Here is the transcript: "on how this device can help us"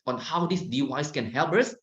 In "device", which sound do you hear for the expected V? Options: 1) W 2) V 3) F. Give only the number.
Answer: 1